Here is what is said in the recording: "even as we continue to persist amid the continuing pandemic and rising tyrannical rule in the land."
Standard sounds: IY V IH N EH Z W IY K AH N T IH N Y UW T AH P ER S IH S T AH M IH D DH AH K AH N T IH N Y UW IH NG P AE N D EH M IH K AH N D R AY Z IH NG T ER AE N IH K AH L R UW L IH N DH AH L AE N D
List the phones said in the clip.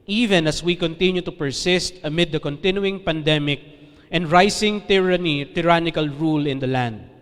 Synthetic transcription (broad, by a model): IY V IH N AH S W IY K AH N T IH N Y UW T AH P ER S IH S T AH M IH D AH K AH N T IH N Y UW IH NG P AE N D EH M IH K AH N D R AY S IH NG T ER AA N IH K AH L R UW L IH N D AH L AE N D